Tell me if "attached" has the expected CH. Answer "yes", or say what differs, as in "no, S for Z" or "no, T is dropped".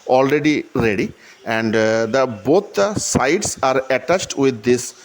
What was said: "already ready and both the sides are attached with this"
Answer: yes